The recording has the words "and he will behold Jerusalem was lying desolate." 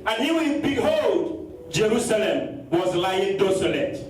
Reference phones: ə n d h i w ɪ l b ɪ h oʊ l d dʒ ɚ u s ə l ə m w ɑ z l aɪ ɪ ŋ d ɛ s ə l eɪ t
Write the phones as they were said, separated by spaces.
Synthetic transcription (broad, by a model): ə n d h i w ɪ n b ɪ h oʊ l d dʒ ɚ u s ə l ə m w ɑ z l aɪ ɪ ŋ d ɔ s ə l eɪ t